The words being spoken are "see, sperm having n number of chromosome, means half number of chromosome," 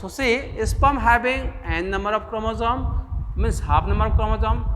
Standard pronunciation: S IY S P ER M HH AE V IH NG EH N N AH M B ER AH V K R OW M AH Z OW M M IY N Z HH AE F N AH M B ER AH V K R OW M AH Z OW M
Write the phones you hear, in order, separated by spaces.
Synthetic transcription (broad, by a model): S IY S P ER M HH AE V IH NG EH N N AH M B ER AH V K R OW M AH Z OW M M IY N S HH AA P N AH M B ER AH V K R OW M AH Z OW M